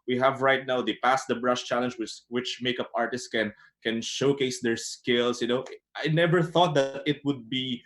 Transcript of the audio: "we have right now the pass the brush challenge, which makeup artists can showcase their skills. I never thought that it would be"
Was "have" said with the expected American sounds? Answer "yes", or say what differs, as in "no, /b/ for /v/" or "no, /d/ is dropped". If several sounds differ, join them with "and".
yes